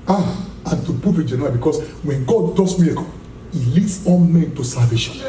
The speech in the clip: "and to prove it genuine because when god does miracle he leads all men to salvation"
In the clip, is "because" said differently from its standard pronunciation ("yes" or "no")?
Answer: yes